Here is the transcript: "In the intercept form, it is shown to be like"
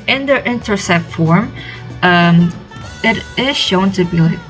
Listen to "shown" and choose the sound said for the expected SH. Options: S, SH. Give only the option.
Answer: SH